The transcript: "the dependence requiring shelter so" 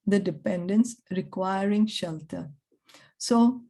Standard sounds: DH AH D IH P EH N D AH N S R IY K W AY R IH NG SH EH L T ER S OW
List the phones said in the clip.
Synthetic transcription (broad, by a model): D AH D IH P EH N D AH N S R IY K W AY R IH NG SH EH L T ER S OW